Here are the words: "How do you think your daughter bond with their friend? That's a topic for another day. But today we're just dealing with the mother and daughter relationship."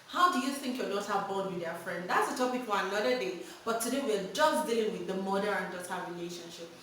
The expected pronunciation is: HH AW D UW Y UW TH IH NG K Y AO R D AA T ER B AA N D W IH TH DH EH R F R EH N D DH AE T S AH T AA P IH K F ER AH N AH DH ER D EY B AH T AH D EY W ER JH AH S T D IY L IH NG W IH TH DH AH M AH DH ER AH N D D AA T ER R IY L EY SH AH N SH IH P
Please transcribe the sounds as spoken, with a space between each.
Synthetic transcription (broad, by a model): HH AW D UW Y UW TH IH NG K Y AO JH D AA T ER B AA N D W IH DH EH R F R EH N D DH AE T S AH T AA P IH K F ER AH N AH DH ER D EY B AH T AH D EY W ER JH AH S D IY L IH NG W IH DH AH M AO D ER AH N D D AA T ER R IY L EY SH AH N SH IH P